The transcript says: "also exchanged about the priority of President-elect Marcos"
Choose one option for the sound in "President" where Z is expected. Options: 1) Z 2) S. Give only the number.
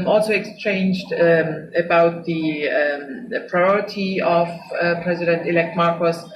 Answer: 1